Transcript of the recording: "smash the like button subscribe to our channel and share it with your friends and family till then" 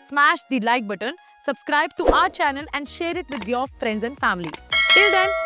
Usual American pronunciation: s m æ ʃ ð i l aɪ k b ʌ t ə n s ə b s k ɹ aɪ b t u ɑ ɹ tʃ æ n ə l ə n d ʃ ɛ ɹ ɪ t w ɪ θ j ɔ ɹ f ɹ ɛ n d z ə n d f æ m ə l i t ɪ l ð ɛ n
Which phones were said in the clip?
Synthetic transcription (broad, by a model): s m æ ʃ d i l aɪ k b ʌ t ə n s ə b s k ɹ aɪ b t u ɑ ɹ tʃ æ n ə l ə n d ʃ ɛ ɹ ɪ t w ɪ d j ɔ ɹ f ɹ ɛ n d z ə n d f æ m ə l i t ɪ l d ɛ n